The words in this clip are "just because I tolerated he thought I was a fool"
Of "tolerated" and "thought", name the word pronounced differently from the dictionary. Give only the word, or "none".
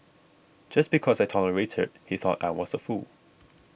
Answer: none